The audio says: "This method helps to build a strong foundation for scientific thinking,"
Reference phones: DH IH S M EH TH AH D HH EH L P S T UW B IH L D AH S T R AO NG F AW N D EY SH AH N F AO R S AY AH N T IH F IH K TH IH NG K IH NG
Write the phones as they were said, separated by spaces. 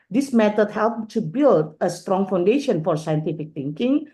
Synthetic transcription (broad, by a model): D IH S M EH T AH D HH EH L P T UW B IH L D AH S T R AO NG F AW N D EY SH AH N F AO R S AY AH N T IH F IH K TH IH NG K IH NG